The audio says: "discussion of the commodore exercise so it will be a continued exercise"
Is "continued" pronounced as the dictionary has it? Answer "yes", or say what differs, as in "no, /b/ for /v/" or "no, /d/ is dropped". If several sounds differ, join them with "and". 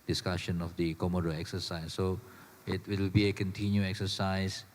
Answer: no, /d/ is dropped